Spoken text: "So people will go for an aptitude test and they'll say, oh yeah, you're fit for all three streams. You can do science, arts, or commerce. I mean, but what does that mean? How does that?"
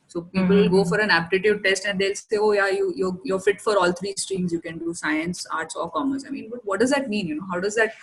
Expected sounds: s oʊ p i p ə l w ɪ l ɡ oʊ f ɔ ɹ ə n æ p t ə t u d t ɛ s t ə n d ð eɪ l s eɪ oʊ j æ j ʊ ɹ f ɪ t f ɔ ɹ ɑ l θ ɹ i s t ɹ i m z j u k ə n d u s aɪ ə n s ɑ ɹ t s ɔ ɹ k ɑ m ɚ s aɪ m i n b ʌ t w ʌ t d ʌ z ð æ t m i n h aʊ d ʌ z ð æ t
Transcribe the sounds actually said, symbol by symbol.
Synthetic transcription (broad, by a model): s oʊ p i p ə l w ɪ l ɡ oʊ f ɔ ɹ ə n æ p t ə t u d t ɛ s t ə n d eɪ l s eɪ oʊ j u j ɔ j f ɪ t f ɔ ɹ ɑ l t ɹ i s t ɹ i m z j u k ə n d u s aɪ ə n s ɑ ɹ t s ɔ ɹ k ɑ m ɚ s aɪ m i n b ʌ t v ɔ t d ʌ z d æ t m i n h aʊ d ʌ z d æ t